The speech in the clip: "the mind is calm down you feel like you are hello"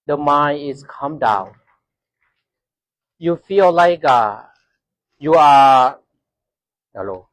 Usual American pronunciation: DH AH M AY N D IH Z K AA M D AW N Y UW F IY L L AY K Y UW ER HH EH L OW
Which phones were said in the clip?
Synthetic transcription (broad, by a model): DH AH M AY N IH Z K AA M D AW N Y UW F IY L L AY K Y UW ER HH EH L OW